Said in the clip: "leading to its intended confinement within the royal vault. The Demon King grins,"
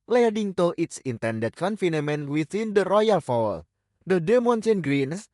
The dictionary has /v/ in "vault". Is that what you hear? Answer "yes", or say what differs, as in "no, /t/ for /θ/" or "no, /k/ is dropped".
no, /f/ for /v/